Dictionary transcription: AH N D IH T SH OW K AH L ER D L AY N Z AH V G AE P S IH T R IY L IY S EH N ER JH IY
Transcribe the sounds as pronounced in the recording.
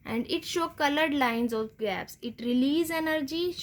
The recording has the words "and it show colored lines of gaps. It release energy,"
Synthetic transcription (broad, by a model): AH N D IH T SH OW K AH L ER D L AY N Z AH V G AE P S IH T R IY L IY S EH N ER JH IY